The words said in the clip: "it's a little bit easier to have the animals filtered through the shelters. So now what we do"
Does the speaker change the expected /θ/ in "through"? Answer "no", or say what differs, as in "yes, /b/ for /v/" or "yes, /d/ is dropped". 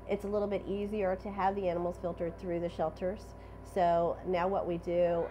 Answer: no